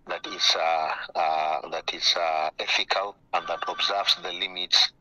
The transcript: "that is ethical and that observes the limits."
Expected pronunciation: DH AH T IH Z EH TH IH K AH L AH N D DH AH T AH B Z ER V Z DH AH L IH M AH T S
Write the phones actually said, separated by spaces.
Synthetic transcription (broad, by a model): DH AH T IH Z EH F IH K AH L AH N D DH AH T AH B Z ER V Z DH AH L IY M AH T S